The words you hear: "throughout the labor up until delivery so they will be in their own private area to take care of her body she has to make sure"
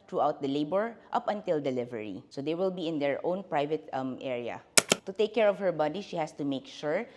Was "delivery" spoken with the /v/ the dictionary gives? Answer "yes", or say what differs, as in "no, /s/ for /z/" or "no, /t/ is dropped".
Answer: yes